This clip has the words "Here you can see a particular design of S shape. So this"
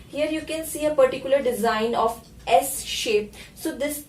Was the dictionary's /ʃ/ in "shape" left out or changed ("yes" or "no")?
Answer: no